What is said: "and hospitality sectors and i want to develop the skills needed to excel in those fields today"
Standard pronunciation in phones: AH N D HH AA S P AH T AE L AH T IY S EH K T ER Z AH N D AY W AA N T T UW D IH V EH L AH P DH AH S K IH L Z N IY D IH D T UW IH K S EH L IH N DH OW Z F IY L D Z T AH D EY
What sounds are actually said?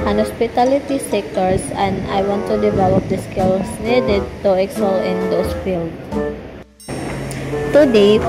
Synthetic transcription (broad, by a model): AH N HH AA S P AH T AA L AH T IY S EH K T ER S AH N D AY W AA N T T UW D IH V EH L AH P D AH S K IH L S N IY D IH D T UW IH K S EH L IH N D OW S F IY L D T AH D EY